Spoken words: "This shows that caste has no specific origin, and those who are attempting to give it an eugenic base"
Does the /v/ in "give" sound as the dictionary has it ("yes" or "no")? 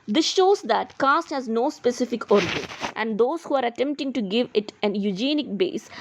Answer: yes